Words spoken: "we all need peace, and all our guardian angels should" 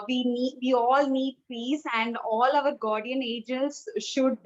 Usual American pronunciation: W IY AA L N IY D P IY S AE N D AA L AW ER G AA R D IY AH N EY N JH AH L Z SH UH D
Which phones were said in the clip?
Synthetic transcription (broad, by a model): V IY AA L N IY D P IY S AE N D AA L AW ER G AA R D IY AH N EY JH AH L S SH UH D